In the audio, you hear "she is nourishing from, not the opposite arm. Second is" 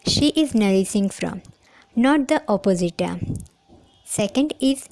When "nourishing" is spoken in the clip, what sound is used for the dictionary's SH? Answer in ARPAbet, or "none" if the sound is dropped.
S